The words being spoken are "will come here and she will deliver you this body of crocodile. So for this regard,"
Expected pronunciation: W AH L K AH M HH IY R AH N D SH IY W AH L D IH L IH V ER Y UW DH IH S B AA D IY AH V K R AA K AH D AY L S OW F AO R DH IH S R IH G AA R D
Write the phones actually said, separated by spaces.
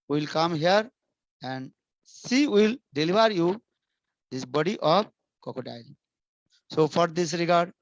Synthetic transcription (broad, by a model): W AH L K AH M HH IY R AH N D S IY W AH L D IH L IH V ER Y UW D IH S B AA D IY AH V K AA K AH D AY L S OW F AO R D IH S R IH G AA R D